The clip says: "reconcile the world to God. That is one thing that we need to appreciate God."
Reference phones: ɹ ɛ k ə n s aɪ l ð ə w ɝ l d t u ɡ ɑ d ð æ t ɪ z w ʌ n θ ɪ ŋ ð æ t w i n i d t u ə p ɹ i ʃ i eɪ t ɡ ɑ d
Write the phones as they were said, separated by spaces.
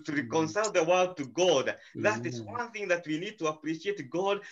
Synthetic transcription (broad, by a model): ɹ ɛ k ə n s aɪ l ð ə w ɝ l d t u ɡ ɑ d ð æ t ɪ z w ʌ n θ ɪ ŋ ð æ t w i n i d t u ə p ɹ i ʃ i eɪ t ɡ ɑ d